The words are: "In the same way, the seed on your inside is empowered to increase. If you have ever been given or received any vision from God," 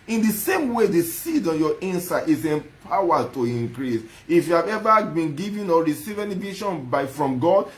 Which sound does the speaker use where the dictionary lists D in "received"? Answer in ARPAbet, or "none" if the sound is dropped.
none